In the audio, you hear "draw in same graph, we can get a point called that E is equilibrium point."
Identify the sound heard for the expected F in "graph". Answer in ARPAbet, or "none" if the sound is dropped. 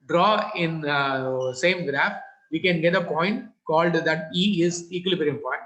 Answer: F